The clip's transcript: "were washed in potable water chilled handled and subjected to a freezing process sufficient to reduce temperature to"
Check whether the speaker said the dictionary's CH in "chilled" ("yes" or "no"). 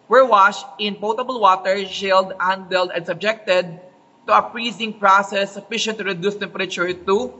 no